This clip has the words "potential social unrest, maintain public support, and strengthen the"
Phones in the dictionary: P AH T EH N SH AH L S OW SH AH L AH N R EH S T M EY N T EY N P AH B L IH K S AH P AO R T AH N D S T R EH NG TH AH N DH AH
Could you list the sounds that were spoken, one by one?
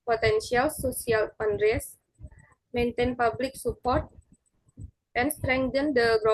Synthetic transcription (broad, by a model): P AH T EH N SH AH L S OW S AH L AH N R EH S M EY N T EY N P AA B L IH K S AH P AO R T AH N S T R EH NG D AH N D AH